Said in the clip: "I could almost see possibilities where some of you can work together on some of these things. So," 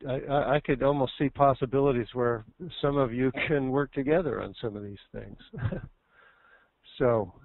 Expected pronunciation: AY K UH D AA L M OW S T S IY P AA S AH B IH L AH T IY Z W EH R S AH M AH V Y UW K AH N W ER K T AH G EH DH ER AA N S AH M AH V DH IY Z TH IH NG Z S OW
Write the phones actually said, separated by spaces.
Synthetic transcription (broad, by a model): AY K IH D AA L M OW S T S IY P AA S AH B IH L AH T IY Z W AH R S AH M AH V Y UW K AH N W ER K T AH G EH DH ER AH N S AH M AH V DH IY Z TH IH NG Z S OW